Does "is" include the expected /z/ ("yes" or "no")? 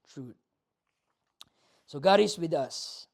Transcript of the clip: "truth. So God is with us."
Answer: no